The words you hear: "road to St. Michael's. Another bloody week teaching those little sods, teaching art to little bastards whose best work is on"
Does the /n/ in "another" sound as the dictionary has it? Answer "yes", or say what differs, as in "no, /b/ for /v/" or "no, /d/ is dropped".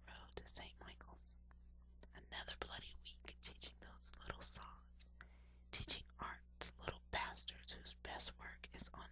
yes